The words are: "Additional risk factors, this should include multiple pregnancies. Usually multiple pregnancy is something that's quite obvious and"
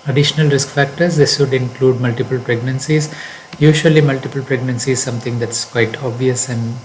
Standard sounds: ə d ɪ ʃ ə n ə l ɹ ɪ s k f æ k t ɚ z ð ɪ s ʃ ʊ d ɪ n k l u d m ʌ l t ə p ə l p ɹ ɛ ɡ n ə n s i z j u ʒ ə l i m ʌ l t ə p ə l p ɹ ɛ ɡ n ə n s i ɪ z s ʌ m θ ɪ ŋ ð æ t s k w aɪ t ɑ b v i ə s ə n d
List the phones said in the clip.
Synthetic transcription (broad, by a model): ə d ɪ ʃ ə n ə l ɹ ɪ s k f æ k t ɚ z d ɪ s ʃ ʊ d ɪ n k l u d m ʌ l t ə p ə l p ɹ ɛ ɡ n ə n s i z j u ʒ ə l i m ʌ l t ə p ə l p ɹ ɛ ɡ n ə n s i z s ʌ m t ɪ ŋ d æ t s k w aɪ t ɑ b v i ə s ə n d